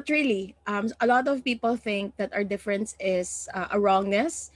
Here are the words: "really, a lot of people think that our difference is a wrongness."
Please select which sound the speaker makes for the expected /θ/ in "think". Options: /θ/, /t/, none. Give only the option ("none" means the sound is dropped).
/θ/